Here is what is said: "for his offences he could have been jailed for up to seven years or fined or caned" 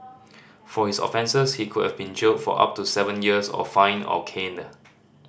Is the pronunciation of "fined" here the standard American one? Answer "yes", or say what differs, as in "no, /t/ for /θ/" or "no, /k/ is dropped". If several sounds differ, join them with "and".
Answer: no, /d/ is dropped